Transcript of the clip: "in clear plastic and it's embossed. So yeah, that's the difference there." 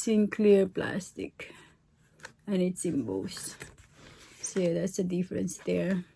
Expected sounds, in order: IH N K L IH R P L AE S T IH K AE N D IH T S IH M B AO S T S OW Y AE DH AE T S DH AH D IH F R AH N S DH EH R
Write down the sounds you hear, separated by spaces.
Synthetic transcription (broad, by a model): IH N K L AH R P L AE S T IH K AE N IH T S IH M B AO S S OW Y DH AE T S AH D IH F R AH N S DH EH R